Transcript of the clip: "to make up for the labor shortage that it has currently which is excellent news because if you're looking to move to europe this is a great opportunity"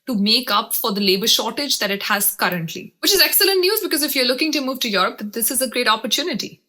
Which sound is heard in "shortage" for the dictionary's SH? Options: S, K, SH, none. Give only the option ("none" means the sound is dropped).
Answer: SH